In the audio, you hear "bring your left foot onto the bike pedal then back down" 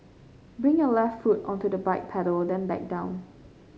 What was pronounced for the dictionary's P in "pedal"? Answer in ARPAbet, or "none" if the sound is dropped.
P